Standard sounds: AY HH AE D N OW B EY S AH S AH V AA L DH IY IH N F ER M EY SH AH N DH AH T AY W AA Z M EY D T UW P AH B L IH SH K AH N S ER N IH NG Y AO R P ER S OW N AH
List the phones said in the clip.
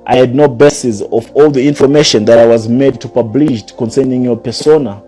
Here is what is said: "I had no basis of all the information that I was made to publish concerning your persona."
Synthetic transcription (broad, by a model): AY HH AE D N OW B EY S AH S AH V AA L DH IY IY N F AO M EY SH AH N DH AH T AY W AA Z M EY D T UW P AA B L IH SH K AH N S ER N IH NG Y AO P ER S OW N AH